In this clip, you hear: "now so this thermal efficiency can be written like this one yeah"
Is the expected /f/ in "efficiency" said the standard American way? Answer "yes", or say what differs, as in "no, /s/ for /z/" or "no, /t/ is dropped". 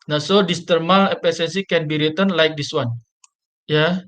no, /p/ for /f/